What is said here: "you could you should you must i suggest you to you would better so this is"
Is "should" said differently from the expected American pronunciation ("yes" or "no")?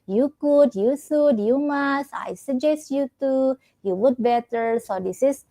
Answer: yes